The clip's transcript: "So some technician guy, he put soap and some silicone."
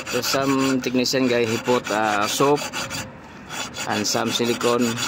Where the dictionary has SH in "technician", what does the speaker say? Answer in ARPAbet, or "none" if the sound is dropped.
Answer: S